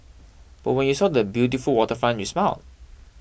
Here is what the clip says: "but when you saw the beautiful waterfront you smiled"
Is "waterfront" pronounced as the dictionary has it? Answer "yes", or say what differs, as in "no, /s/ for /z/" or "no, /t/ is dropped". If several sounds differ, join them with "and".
no, /ɹ/ is dropped